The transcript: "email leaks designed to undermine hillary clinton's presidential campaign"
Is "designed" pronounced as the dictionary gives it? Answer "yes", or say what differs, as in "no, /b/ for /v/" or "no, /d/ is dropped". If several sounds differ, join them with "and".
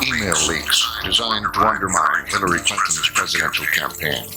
yes